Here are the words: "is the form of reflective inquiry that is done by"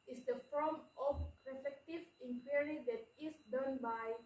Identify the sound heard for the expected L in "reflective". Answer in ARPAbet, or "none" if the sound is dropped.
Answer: none